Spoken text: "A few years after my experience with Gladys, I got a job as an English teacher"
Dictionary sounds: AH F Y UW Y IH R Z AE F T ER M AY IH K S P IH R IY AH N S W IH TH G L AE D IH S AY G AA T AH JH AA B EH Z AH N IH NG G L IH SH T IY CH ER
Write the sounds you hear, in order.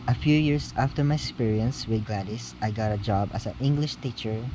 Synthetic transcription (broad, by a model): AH F Y UW Y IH R S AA F T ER M AY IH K S P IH R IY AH N S W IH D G L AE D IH S AY G AA T AH JH AA B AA S AH N IH NG G L IH SH T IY CH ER